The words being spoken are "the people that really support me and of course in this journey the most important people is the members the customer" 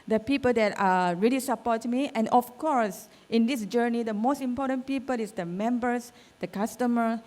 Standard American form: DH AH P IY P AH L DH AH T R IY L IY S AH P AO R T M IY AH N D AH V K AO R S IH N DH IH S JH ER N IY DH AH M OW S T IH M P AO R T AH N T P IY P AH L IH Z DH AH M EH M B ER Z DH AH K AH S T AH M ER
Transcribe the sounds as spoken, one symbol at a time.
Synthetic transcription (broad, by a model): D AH P IY P AH L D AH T R IY L IY S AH P AO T M IY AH N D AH F K AO R S IH N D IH S JH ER N IY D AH M OW S T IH M P AO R T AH N P IY P AH L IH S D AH M EH M B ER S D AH K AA S T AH M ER